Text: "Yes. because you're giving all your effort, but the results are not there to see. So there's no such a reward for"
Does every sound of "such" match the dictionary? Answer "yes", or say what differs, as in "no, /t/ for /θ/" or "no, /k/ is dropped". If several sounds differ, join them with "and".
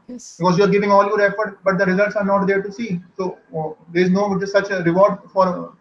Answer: no, /s/ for /tʃ/